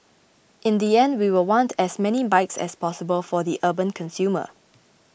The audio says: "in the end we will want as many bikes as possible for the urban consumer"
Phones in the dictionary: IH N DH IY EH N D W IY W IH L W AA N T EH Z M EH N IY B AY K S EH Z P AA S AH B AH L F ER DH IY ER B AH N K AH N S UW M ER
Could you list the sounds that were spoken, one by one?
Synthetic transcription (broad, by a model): IH N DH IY EH N D W IY W IH L W AA N T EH S M EH N IY B AY K S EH S P AA S AH B AH L F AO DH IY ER B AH N K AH N S UW M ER